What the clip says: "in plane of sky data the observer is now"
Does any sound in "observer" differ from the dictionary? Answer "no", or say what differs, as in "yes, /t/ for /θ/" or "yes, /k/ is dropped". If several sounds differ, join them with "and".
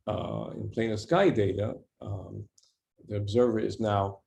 no